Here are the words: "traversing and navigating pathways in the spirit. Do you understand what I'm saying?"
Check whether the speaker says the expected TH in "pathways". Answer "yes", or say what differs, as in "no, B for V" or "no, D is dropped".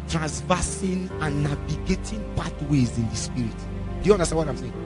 no, T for TH